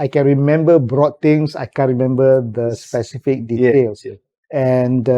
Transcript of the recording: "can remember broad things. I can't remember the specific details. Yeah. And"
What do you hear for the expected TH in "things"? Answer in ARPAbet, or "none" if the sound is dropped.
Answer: T